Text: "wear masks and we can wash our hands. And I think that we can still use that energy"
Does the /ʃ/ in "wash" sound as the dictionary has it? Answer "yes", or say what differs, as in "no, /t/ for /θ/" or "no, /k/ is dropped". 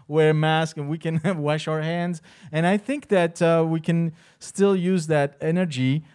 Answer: yes